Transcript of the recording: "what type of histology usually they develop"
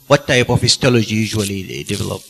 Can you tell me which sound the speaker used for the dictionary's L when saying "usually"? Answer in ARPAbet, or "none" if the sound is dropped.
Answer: none